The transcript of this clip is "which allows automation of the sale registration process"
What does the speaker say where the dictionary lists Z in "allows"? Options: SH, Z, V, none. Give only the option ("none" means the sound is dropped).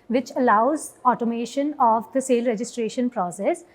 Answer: Z